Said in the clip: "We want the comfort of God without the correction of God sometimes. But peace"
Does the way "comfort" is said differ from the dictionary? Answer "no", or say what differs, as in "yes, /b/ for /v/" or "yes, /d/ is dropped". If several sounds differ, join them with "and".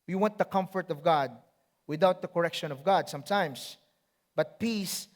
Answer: no